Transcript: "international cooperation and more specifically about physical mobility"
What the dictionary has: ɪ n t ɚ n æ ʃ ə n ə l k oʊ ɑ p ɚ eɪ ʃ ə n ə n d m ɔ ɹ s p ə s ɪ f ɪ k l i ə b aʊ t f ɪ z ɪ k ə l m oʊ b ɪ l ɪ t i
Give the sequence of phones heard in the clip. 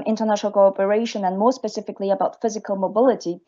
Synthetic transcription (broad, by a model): ɪ n t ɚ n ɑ ʃ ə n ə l k oʊ ɑ p ɚ eɪ ʃ ə n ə n m ɔ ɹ s p ə s ɪ f ɪ k l i ə b aʊ t f ɪ z ɪ k ə l m oʊ b ɪ l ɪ t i